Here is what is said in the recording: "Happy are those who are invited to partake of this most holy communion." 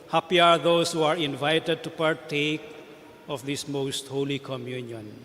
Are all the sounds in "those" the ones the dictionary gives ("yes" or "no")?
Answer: no